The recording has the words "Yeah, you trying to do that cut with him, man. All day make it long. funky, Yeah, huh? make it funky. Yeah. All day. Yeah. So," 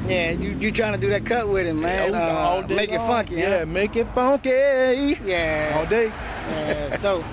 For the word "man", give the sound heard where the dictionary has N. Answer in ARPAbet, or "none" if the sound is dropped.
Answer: none